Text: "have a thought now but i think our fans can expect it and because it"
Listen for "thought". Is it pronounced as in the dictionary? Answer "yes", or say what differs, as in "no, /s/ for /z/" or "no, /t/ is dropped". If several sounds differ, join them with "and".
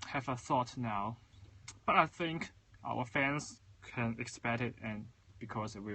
yes